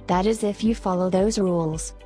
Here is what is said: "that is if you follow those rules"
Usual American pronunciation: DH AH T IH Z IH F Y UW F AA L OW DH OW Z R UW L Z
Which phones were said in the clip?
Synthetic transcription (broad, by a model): DH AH T IH Z IH F Y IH F AA L OW DH OW Z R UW L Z